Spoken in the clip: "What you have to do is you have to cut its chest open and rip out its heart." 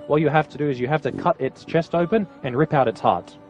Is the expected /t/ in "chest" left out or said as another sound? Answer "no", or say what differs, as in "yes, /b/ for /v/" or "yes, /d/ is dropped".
no